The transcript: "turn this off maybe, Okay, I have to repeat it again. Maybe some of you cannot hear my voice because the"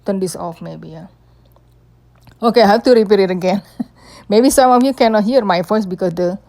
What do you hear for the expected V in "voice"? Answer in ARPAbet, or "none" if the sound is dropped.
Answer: F